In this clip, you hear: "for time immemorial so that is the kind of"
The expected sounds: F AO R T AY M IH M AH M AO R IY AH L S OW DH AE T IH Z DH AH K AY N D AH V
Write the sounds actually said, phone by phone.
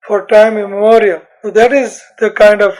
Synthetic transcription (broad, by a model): F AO R T AY M IH M AH M AO R IY AH L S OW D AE T IH Z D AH K AY N D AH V